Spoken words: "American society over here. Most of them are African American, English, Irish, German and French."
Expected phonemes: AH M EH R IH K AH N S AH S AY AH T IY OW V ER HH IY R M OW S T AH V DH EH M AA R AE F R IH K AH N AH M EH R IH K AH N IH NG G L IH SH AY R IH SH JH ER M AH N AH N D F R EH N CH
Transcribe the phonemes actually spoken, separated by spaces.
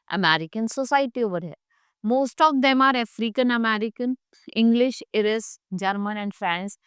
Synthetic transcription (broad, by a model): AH M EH R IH K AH N S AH S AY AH T IY OW V ER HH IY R M OW S T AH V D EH M AA R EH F R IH K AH N AH M EH R IH K AH N IH NG G L IH SH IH R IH S JH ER M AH N AH N D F R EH N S